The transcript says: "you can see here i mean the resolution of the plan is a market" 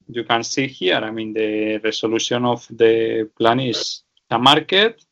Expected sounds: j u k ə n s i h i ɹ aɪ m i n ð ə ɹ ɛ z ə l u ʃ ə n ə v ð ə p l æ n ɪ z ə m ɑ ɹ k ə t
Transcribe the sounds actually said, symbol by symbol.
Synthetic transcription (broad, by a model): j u k ə n s i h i ɹ aɪ m i n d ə ɹ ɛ s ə l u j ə n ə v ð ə p l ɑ n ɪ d ə m ɑ ɹ k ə t